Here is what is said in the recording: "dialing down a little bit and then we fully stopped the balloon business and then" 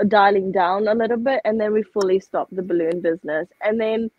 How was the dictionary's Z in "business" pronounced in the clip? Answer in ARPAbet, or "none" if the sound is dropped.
Z